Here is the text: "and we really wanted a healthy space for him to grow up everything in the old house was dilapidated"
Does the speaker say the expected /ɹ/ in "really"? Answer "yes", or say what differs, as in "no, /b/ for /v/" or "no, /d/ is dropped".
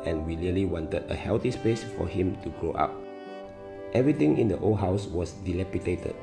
no, /l/ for /ɹ/